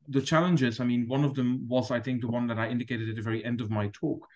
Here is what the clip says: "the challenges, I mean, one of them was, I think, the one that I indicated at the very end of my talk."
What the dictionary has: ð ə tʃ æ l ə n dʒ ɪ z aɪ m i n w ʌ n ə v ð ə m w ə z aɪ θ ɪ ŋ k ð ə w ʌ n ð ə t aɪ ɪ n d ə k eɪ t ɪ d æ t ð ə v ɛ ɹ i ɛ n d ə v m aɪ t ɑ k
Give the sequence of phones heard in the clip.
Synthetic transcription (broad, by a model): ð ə tʃ æ l ə n dʒ ɪ z aɪ m i n w ʌ n ə v ð ə m w ə z aɪ θ ɪ ŋ k ð ə w ʌ n ð ə t aɪ ɪ n d ə k eɪ t ɪ d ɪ t ð ə v ɛ ɹ i ɛ n d ə v m aɪ t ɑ k